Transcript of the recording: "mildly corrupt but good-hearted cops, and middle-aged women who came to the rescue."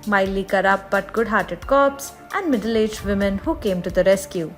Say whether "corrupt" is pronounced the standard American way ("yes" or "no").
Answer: no